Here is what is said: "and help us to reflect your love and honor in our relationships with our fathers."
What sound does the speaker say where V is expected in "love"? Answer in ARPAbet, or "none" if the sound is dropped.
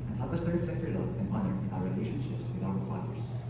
none